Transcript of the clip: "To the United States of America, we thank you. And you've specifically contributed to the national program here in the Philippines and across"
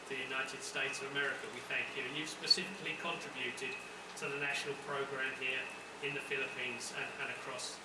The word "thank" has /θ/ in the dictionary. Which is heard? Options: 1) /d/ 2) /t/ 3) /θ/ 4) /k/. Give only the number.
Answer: 3